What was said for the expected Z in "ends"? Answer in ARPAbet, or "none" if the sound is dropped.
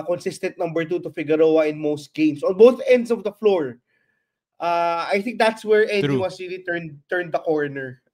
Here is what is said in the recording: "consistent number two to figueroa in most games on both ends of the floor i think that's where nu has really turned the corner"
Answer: S